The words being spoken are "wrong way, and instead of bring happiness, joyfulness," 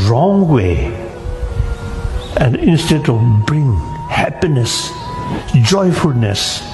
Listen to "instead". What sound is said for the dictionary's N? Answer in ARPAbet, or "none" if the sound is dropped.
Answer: N